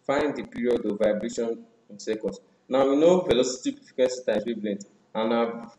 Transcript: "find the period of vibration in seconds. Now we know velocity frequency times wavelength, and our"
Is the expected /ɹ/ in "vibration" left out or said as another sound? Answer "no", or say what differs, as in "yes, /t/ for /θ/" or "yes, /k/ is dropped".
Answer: no